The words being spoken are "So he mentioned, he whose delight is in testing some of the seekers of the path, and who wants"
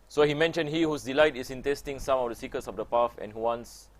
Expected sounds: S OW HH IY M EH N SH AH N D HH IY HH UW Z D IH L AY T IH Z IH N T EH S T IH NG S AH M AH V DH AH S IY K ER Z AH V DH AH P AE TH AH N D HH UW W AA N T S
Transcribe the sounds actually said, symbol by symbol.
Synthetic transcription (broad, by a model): S OW HH IY M EH N SH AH N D HH IY HH UW S D IH L AY T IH S IH N T EH S T IH NG S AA M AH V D AH S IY K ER S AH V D AH P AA F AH N HH UW W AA N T S